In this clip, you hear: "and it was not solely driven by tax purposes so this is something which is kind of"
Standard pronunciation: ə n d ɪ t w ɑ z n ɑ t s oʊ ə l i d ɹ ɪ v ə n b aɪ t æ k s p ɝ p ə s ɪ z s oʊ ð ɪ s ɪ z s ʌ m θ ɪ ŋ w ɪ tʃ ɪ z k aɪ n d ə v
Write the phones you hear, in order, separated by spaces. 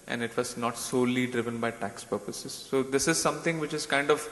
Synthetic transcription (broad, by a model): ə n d ɪ t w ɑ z n ɑ t s oʊ l i d ɹ ɪ v ə n b aɪ t æ k s p ɝ p ə s ɪ z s oʊ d ɪ s ɪ z s ʌ m t ɪ ŋ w ɪ tʃ ɪ z k aɪ n d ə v